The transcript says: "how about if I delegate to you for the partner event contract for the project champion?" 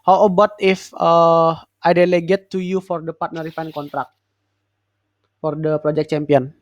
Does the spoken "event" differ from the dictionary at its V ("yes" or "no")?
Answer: yes